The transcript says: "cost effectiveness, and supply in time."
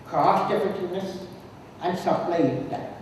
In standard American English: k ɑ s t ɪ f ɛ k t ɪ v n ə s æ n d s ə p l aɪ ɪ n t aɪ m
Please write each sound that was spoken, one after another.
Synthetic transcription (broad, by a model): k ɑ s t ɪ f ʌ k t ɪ n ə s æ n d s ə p l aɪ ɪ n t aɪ